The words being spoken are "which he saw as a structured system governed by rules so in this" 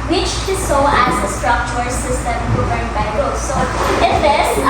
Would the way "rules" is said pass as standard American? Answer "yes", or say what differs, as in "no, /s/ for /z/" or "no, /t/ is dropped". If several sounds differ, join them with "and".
no, /l/ is dropped